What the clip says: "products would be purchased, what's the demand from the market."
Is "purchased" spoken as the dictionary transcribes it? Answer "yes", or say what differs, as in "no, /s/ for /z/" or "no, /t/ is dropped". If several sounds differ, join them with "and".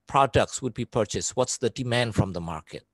yes